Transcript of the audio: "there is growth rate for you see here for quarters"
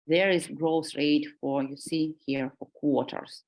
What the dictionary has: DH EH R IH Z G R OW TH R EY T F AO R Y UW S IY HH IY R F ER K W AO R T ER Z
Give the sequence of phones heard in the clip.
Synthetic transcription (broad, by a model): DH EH R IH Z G R OW S R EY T F AO R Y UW S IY HH IY R F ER K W AO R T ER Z